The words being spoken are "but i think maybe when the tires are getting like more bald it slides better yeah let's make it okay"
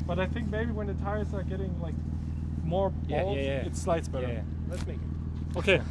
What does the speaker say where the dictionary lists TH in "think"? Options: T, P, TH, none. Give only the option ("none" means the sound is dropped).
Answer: TH